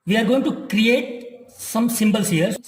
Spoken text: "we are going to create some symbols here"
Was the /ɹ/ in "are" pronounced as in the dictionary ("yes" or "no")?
yes